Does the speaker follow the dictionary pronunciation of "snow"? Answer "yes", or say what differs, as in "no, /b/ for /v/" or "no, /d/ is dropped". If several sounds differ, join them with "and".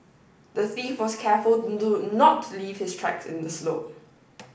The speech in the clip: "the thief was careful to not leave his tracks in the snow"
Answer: no, /l/ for /n/